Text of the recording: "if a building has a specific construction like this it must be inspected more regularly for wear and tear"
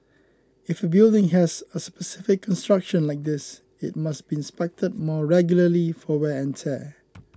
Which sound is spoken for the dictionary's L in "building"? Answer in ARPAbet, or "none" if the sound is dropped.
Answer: L